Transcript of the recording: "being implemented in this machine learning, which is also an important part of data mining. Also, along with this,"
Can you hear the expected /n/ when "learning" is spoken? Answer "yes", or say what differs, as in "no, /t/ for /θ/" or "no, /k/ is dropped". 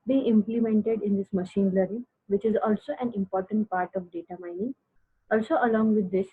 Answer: no, /n/ is dropped